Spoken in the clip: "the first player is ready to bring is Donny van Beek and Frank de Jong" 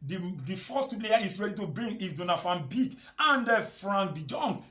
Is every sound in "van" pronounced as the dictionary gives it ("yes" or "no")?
no